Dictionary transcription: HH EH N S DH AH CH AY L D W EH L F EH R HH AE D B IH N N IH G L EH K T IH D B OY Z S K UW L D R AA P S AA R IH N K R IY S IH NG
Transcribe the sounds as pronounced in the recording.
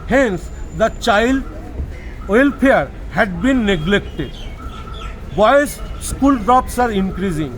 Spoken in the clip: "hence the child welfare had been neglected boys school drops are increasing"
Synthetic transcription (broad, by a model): HH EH N S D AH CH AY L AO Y L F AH R HH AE D B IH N N IH G L EH K T IH D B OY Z S K UW L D R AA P S AA R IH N K R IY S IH NG